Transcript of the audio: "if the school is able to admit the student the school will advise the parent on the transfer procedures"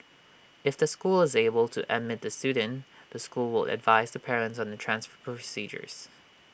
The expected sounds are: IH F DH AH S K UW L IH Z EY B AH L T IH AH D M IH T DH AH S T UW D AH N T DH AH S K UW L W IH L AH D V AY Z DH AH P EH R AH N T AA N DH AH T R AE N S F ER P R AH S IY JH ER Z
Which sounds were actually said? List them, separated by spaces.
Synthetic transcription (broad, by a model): IH F DH AH S K UW L IH Z EY B AH L T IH AH D M IH T DH AH S T UW D N DH AH S K UW L W IH L AH D V AY Z DH AH P EH R AH N T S N DH AH T R AE N S F ER P R AH S IY JH ER Z